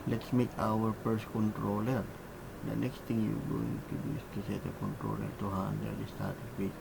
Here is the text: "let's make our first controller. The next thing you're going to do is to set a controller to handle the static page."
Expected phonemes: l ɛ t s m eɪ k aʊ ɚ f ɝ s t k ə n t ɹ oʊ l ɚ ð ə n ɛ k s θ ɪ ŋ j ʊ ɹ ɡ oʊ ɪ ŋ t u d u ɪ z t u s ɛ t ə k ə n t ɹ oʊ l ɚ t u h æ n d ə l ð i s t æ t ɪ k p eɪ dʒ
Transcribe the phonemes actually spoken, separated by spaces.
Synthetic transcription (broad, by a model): l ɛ t s m eɪ k aʊ ɚ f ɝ s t k ə n t ɹ oʊ l ɚ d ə n ɛ k s t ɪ ŋ j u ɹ ɡ oʊ ɪ ŋ t u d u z t u s ɛ t ə k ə n t ɹ oʊ l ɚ t u h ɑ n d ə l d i s t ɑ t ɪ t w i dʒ